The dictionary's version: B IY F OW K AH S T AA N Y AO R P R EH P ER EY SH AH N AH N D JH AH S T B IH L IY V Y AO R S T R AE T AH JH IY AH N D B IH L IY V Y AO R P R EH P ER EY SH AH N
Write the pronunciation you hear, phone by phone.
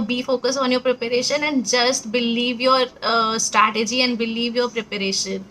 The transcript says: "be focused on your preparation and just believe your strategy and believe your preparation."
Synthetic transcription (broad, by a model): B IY F OW K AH S AA N Y AO R P R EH P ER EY SH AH N AH N D JH AH S T B IH L IY V Y AO R S T R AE T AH JH IY AH N D B IH L IY V Y AO R P R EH P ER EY SH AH N